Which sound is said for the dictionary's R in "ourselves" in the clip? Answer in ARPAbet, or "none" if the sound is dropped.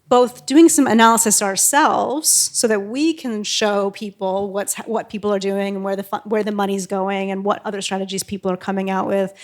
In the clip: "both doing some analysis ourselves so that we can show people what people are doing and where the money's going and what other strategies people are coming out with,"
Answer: R